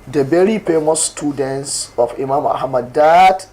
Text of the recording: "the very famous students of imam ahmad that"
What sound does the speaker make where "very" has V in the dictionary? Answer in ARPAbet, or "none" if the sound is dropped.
B